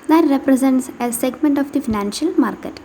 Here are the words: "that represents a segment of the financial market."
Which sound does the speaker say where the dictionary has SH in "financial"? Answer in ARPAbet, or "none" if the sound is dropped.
SH